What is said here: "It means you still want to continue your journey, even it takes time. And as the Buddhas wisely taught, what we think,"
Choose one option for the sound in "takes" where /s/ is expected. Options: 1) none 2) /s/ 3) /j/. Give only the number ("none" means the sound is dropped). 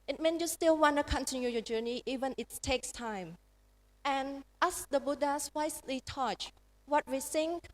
2